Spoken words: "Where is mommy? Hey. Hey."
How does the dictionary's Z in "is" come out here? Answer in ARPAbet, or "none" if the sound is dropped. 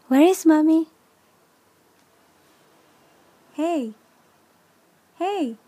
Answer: S